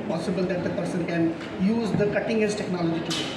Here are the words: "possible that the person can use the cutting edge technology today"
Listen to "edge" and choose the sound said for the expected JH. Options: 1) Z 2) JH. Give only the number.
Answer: 1